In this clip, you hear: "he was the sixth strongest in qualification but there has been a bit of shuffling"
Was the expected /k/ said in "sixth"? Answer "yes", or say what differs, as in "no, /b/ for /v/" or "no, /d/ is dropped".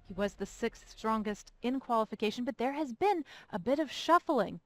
yes